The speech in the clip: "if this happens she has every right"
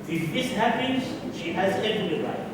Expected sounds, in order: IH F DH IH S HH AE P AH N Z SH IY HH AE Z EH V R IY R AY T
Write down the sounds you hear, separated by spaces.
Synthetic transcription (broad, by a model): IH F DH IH S HH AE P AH N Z SH IY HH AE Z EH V L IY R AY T